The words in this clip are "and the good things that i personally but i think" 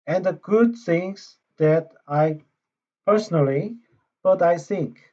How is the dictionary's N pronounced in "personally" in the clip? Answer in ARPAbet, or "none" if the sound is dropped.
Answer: N